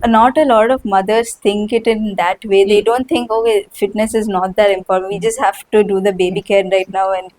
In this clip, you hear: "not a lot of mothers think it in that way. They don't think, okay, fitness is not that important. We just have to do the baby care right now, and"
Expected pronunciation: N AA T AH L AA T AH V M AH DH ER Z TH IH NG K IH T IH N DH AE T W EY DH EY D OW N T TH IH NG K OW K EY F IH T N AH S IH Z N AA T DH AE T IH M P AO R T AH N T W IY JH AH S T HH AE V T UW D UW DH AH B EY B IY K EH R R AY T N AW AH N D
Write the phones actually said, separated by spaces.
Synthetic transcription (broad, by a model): N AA T AH L AA T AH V M AH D ER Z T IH NG K IH T IH N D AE T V EY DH EY D OW N T T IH NG K OW K EY F IH T N AH S IH Z N AA T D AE T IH M P AO R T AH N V IY JH AH S T HH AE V T UW D UW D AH B EY B IY K EH R R AY T N AW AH N D